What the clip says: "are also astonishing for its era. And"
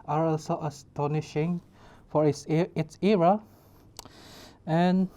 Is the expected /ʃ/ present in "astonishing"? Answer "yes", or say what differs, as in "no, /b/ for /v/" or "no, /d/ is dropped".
yes